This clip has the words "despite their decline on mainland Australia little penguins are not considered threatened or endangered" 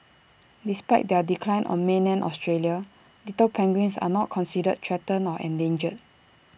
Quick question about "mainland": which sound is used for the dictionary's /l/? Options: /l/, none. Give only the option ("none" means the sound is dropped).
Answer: none